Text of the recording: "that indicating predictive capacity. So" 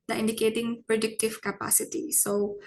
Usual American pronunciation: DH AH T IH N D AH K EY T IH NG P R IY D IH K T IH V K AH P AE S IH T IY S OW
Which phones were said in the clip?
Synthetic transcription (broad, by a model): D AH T IH N D AH K EY T IH NG P R IY D IH K T IH V K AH P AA S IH T IY S OW